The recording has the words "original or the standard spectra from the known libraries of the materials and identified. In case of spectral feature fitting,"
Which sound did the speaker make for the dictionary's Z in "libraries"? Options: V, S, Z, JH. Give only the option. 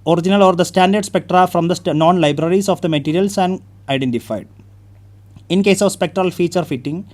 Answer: S